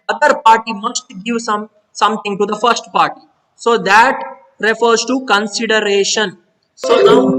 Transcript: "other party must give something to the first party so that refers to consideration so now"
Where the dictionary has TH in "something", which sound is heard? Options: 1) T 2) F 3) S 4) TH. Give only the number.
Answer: 1